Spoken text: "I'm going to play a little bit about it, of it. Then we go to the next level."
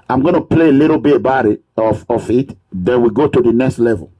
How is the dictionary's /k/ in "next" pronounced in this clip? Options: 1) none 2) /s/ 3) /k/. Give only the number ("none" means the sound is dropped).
3